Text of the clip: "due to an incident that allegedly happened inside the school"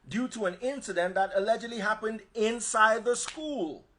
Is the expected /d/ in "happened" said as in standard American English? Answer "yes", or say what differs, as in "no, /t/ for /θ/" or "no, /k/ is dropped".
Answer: yes